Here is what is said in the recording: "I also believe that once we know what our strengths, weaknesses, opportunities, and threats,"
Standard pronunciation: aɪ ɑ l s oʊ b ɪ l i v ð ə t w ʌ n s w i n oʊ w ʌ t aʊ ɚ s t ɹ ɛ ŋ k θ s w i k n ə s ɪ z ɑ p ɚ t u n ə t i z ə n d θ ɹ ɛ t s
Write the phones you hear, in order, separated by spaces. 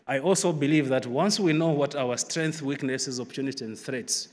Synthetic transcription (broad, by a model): aɪ ɑ l s oʊ b ɪ l i v ð ə t w ʌ n s w i n oʊ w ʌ t aʊ ɚ s t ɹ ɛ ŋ k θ w i k n ə s ɪ z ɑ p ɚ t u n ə t i ə n d θ ɹ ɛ t s